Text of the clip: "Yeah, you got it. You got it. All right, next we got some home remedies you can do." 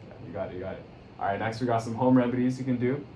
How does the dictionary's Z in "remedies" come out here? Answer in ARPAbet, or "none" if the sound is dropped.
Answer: Z